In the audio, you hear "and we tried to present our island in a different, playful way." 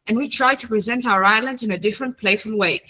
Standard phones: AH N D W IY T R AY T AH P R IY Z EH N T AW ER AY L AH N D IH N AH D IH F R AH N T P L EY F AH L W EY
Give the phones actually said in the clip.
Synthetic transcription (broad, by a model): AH N W IY T R AY T AH P R IY Z EH N T AW ER AY L AH N D IH N AH D IH F R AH N P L EY F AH L W EY